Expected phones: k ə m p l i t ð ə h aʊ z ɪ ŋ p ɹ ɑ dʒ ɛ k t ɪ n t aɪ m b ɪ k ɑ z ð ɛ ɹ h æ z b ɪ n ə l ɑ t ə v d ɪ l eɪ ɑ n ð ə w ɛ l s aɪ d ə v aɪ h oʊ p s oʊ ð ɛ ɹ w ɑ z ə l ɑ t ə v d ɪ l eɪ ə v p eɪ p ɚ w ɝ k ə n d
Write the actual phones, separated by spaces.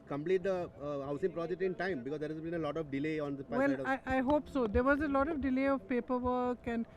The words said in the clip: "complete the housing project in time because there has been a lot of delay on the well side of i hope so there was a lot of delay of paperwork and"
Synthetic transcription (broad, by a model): k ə m p l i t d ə h aʊ s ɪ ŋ p ɹ ɑ dʒ ɛ k t ɪ n t aɪ m b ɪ k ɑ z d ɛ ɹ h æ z b ɪ n ə l ɑ t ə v d ɪ l eɪ ɑ n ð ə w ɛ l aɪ ə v aɪ h oʊ p s oʊ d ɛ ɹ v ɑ z ə l ɑ t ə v d ɪ l eɪ ə v p eɪ p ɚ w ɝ k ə n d